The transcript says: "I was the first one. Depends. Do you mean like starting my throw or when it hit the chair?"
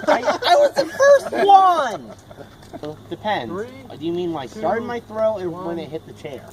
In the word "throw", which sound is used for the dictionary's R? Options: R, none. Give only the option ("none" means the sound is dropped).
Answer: R